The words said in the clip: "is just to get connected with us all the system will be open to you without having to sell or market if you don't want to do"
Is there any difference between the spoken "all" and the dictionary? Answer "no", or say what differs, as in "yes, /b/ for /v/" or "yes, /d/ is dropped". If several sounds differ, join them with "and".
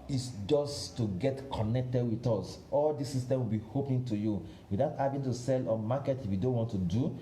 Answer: no